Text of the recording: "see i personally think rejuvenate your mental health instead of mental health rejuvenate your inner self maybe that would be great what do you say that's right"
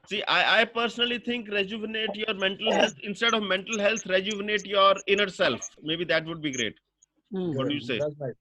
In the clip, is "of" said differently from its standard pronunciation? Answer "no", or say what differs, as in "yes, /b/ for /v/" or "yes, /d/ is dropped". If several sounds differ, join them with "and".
no